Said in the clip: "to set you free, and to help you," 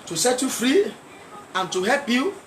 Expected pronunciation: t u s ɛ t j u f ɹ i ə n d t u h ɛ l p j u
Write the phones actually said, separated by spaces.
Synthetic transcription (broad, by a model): t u s ɛ t j u f ɹ i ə n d t u h ɛ l p j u